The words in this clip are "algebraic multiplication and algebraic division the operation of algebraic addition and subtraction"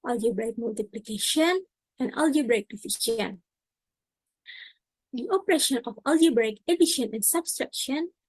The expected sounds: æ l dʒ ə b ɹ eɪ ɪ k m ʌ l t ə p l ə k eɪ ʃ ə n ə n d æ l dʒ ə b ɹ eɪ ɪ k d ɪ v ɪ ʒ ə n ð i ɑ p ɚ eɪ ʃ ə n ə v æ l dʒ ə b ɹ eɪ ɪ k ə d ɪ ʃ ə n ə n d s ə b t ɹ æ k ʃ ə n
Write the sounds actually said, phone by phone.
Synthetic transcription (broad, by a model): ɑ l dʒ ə b ɹ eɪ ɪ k m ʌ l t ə p l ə k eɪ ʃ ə n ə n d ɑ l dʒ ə b ɹ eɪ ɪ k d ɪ f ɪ ʃ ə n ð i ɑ p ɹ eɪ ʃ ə n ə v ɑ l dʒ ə b ɹ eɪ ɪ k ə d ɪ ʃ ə n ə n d s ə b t ɹ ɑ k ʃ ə n